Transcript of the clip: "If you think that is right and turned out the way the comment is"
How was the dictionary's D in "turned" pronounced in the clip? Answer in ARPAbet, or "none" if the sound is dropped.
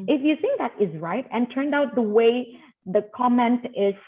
D